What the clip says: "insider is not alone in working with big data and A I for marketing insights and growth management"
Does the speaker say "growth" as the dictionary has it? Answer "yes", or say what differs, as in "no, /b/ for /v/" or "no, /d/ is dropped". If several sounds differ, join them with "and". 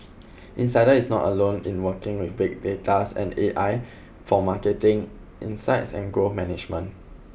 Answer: no, /ɹ/ is dropped